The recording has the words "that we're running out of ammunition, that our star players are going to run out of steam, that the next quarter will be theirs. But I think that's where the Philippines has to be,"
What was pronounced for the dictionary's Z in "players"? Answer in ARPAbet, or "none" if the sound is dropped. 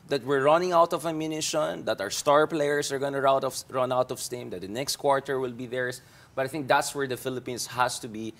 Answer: S